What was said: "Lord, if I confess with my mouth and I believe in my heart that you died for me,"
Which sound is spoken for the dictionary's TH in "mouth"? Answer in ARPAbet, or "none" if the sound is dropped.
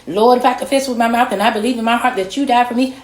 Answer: TH